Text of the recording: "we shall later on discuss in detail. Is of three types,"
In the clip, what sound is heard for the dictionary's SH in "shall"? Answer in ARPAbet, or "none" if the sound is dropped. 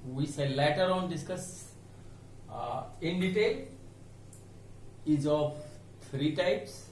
S